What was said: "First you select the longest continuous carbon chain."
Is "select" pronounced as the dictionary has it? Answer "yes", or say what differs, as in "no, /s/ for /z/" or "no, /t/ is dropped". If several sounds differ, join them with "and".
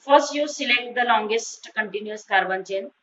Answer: yes